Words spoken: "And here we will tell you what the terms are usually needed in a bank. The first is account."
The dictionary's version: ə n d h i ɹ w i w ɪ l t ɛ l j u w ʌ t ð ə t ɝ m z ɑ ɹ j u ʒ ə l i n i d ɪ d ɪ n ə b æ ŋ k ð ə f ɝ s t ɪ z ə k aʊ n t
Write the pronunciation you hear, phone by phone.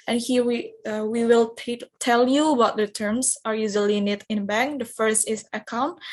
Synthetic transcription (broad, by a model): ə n h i w w i w ɪ l t ɛ l j u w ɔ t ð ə t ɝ m s ɑ ɹ j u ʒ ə l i n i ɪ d ɪ n b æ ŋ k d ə f ɝ s t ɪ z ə k aʊ n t